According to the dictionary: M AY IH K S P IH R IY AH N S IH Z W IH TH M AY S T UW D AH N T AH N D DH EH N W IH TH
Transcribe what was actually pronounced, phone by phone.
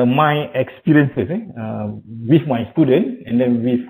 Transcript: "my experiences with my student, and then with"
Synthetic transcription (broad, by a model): M AY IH K S P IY R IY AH N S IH S W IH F M AY S T UW D AH N T AH N D EH N W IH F